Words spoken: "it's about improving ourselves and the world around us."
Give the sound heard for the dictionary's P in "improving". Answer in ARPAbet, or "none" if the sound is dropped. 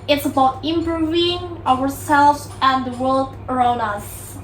B